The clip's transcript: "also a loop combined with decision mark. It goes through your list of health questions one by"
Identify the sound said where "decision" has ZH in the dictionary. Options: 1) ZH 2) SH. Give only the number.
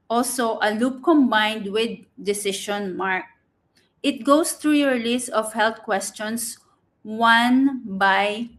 2